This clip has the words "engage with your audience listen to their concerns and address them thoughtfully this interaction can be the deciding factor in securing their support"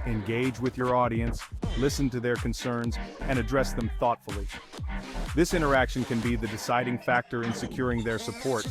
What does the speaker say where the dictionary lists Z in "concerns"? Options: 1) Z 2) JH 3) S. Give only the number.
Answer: 1